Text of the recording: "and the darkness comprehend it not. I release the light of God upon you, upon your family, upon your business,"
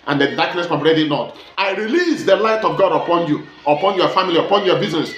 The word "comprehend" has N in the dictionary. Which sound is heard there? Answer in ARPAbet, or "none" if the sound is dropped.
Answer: none